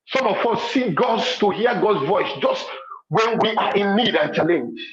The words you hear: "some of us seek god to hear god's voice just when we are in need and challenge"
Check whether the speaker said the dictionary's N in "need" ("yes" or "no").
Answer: yes